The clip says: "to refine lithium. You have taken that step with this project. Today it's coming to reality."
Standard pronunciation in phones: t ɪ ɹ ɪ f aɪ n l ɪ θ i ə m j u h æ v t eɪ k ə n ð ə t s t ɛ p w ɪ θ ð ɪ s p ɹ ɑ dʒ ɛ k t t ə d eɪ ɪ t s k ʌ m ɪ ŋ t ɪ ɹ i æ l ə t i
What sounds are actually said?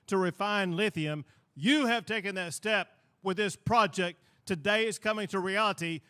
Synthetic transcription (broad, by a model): t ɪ ɹ ɪ f aɪ n l ɪ θ i ə m j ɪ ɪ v t eɪ k ə n ð ə t s t ɛ p w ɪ ð ɪ s p ɹ ɑ dʒ ɛ k t t ə d eɪ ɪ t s k ʌ m ɪ ŋ t ɪ ɹ i æ l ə t i